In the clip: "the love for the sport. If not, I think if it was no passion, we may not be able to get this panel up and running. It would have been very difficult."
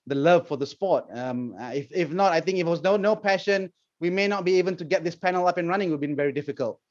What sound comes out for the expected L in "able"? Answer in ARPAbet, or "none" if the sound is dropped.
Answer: N